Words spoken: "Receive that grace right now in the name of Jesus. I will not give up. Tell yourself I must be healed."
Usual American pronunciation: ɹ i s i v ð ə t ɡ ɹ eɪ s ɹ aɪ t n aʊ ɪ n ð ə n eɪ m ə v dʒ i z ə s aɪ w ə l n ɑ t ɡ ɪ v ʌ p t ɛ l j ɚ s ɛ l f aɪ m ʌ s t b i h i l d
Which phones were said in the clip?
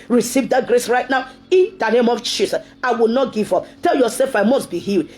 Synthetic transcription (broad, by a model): ɹ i s i v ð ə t ɡ ɹ eɪ s ɹ aɪ t n aʊ ɪ n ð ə n eɪ m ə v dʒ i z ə aɪ w ə l n ɑ t ɡ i v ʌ p t ɛ l j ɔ s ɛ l f aɪ m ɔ s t b i h i l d